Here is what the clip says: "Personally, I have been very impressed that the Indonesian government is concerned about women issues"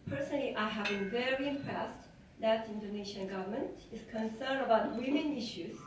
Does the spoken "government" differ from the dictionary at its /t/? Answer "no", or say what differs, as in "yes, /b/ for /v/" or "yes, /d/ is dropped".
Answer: no